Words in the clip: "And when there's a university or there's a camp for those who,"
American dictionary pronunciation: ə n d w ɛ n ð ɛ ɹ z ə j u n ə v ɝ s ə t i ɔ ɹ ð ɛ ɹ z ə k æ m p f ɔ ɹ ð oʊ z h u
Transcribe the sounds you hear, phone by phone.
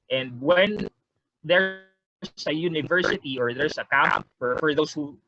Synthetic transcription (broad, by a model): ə n d w ɛ n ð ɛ ɹ s ə j u n ə v ɝ s ə t i ɔ ɹ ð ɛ ɹ s ə k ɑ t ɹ f ɔ ɹ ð oʊ s h u